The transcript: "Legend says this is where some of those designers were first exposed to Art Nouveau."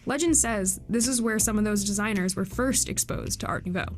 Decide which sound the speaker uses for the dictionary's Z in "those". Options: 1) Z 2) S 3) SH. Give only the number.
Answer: 1